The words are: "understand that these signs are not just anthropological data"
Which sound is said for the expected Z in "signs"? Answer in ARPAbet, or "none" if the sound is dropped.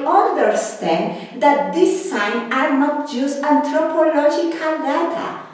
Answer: none